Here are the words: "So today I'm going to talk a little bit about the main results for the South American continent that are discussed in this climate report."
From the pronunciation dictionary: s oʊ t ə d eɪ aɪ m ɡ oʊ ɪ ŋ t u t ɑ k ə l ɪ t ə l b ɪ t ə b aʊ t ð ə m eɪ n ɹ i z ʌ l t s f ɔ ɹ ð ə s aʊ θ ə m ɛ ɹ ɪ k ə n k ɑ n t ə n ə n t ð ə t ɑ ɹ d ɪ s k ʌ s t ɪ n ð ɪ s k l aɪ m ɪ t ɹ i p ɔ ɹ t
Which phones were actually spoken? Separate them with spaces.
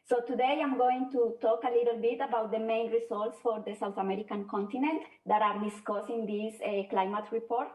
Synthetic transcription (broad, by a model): s oʊ t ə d eɪ aɪ m ɡ oʊ ɪ ŋ t u t ɑ k ə l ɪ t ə l b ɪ t ə b aʊ t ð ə m eɪ n ɹ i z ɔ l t s f ɔ ɹ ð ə s aʊ θ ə m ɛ ɹ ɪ k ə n k ɑ n t ə n ə n t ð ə t ɑ ɹ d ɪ s k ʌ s ɪ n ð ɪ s k l aɪ m ɪ t ɹ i p ɔ ɹ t